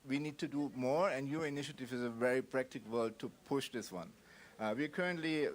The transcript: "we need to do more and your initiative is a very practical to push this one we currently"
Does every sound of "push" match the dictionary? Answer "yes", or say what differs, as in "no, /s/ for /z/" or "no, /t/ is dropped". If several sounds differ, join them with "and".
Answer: yes